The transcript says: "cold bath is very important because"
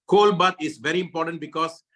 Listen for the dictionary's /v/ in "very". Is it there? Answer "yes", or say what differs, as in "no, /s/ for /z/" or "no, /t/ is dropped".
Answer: yes